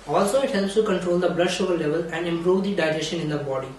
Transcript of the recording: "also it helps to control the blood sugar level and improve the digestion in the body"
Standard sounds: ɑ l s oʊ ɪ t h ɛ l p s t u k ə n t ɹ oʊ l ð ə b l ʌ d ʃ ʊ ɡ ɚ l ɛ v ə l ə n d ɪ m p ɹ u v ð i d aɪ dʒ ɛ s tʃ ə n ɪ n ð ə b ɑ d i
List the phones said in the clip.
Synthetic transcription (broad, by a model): ɑ l s oʊ ɪ t h ɛ l p s t u k ə n t ɹ oʊ l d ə b l ʌ d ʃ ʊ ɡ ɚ l ɛ v ə l ə n d ɪ m p ɹ u v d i d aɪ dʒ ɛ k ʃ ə n ɪ n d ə b ɑ d i